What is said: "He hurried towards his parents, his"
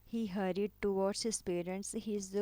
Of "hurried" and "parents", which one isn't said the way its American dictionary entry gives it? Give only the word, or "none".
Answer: none